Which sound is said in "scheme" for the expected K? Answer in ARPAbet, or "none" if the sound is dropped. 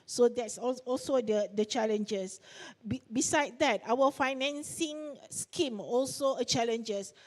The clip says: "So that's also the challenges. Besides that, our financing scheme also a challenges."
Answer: K